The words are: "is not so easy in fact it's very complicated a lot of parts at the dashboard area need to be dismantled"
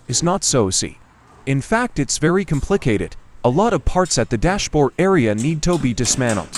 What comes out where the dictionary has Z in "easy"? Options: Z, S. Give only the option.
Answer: S